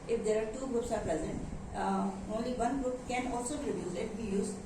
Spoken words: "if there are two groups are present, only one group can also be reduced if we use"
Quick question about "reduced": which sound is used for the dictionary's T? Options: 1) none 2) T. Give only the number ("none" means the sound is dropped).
1